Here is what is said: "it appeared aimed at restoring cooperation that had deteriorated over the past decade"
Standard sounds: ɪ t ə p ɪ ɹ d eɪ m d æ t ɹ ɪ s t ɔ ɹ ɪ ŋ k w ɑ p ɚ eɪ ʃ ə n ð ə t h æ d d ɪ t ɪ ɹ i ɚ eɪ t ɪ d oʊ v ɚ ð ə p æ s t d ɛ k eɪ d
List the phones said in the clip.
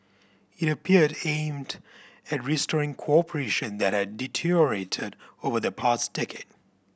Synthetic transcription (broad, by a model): ɪ t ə p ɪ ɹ d eɪ m d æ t ɹ ɪ s t ɔ ɹ ɪ ŋ k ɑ p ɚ eɪ ʃ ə n ð ə t h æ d d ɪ t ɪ ɹ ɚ eɪ t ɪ d oʊ v ɚ ð ə p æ s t d ɛ k eɪ d